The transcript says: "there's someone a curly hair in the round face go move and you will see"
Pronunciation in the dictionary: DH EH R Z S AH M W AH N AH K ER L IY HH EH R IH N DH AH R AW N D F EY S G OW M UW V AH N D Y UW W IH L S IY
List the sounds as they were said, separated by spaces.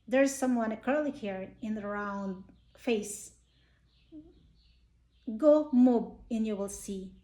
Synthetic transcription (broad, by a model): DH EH R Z S AH M W AH N AH K ER L IY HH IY R IH N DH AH R AW N D F EY S G OW M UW B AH N Y UW W IH L S IY